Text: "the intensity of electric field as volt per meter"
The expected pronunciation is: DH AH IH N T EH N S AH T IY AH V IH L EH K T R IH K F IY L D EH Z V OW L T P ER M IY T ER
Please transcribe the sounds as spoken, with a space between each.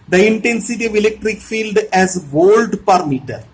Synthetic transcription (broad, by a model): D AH IH N T EH N S AH T IY AH V IH L EH K T R IH K F IY L D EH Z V OW L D P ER M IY T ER